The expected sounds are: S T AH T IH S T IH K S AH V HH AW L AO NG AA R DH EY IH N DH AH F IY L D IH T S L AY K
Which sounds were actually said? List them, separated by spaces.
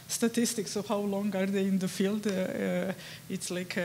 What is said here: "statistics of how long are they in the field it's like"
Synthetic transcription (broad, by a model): S T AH T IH S T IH K S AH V HH AW L AO NG AA R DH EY IH N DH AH F IY L D IH T S L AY K